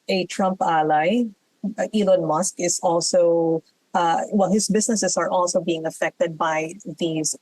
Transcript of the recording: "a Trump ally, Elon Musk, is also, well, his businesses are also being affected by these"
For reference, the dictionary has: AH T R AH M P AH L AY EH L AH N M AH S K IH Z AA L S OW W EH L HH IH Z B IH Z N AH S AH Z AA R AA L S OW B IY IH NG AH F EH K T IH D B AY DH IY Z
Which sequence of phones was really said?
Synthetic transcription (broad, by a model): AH T R AH M P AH L AY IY L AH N M AH S K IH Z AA L S OW W EH L HH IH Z B IH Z N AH S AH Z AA R AA L S OW B IY IH NG AH F EH K T IH D B AY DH IY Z